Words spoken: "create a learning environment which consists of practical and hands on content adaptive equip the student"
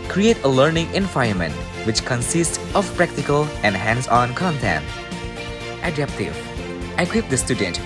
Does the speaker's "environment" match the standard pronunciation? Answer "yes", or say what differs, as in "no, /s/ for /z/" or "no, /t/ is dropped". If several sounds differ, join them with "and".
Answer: no, /ɹ/ is dropped